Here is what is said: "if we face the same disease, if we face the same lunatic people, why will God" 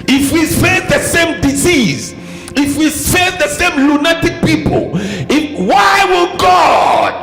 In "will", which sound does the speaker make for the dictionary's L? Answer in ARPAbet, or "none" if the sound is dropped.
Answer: N